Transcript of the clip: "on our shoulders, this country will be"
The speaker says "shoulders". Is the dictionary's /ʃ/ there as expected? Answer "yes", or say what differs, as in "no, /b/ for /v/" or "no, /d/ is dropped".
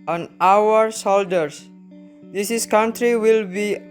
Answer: no, /s/ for /ʃ/